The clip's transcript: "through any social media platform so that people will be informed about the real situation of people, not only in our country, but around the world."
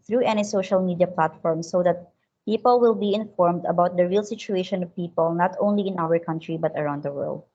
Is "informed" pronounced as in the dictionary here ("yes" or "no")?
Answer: yes